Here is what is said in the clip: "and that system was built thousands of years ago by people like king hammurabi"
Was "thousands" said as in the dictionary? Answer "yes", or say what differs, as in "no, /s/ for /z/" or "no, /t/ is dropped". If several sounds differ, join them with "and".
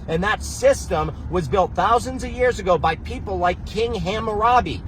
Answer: yes